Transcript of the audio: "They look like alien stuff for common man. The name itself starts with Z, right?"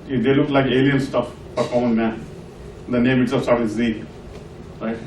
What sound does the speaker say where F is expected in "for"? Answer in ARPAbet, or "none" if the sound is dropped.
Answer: P